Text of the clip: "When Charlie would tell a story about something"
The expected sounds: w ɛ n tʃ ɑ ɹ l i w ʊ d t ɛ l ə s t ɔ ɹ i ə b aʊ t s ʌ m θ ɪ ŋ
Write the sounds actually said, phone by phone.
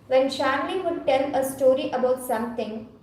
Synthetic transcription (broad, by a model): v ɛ n ʃ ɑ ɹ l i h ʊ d t ɛ l ə s t ɔ ɹ i ə b aʊ t s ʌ m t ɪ ŋ